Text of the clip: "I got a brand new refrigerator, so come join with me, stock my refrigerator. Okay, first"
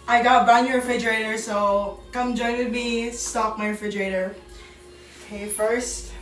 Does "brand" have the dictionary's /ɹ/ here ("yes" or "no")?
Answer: no